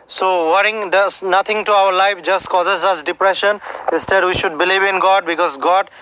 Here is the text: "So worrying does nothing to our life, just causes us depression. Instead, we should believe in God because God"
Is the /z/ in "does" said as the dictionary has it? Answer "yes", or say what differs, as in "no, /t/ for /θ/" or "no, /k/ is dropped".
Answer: no, /s/ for /z/